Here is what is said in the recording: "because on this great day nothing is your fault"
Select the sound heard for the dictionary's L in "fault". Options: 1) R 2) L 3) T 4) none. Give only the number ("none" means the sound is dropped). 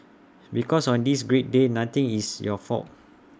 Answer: 4